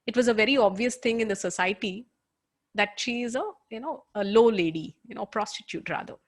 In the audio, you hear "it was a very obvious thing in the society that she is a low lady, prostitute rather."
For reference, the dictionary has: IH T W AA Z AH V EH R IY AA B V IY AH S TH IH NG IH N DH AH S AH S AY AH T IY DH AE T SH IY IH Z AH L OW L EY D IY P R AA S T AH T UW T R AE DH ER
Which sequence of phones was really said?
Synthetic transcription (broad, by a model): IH T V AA Z AH V EH R IY AA B V IY AH S T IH NG IH N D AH S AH S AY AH T IY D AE T SH IY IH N AH L OW L EY D IY P R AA S T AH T UW T R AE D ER